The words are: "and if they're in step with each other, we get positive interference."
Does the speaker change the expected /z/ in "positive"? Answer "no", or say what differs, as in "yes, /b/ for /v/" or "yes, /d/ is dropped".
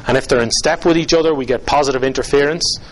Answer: no